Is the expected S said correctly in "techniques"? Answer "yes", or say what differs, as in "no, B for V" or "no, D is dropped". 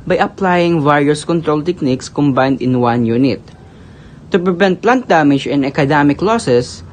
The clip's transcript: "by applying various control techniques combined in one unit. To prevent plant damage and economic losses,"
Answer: yes